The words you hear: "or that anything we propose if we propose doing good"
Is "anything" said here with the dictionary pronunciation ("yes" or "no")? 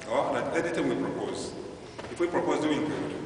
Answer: no